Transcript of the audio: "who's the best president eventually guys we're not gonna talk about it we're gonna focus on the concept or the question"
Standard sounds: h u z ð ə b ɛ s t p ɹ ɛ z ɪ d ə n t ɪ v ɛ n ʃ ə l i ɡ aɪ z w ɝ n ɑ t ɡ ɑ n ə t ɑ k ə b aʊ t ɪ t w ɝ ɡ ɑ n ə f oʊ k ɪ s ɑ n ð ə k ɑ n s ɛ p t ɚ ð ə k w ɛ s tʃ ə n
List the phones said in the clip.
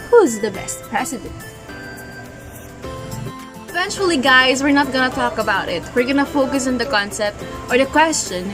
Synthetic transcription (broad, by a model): h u z ð ə b ɛ s t p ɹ ɛ s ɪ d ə n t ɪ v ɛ n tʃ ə l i ɡ aɪ z w ɝ n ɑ t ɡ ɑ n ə t ɑ k ə b aʊ t ɪ t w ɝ ɡ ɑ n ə f oʊ k ɪ s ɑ n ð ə k ɑ n s ɛ p t ɚ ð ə k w ɛ s tʃ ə n